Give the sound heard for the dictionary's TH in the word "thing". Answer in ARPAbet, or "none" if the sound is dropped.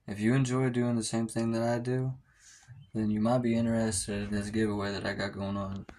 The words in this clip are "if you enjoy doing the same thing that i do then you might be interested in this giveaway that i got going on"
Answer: TH